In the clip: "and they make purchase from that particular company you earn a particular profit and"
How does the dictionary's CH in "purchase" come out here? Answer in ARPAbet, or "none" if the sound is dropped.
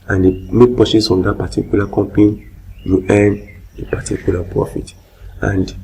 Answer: S